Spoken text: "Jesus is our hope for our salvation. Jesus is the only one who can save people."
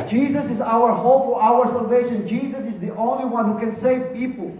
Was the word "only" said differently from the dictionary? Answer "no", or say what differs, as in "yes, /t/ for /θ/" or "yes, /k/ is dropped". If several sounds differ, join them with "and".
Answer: no